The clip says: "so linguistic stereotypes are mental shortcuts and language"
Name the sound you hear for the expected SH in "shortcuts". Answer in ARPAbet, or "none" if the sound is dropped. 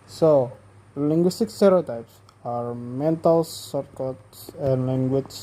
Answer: S